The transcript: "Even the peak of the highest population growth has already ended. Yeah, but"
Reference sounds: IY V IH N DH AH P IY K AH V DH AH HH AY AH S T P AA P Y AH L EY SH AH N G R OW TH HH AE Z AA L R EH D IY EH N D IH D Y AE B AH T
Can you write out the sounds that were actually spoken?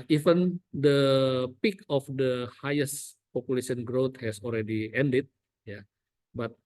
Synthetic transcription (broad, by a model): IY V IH N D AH P IY K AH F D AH HH AY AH S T P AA P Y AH L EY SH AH N G R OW T HH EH S AA L R EH D IY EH N D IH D Y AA B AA T